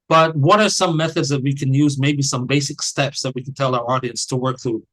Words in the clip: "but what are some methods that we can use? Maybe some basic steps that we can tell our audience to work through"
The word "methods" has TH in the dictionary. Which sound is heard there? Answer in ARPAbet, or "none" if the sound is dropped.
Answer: TH